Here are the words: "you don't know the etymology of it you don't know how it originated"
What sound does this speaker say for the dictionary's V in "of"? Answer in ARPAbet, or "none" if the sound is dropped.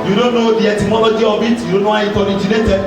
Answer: B